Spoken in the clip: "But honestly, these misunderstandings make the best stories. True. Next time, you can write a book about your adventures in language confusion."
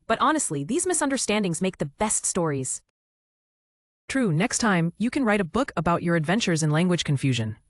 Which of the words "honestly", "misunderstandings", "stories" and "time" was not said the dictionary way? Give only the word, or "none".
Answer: none